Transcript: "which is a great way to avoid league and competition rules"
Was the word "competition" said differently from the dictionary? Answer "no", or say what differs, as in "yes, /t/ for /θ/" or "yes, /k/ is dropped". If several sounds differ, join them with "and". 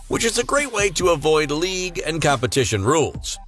no